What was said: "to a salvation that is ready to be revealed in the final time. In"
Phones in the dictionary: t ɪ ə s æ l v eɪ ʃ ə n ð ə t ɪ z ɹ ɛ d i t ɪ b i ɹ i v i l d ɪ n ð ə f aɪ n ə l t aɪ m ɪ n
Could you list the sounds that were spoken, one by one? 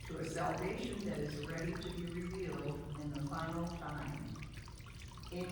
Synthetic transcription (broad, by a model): t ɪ ə s æ l v eɪ ʃ ə n ð ə t ɪ z ɹ ɛ d i t ɪ b i ɹ i v i l d ɪ n ð ə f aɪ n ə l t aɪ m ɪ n